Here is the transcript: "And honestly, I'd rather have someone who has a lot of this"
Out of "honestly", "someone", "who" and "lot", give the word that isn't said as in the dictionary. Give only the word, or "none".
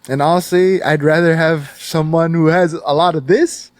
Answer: honestly